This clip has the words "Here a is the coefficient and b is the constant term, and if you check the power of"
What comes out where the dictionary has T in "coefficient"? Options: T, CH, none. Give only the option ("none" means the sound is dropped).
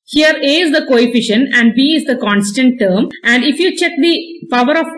none